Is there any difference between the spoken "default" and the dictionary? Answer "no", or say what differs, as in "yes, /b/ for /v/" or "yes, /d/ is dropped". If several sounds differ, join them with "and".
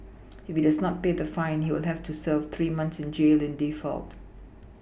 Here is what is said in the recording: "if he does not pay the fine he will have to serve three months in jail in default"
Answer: no